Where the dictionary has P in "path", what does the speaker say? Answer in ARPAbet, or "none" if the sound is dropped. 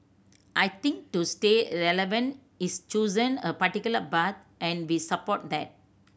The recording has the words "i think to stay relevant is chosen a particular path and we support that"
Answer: B